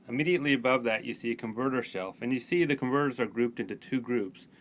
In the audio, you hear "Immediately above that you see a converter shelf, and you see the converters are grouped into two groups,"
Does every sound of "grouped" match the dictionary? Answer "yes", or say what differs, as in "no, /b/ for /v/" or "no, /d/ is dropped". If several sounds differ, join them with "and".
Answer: yes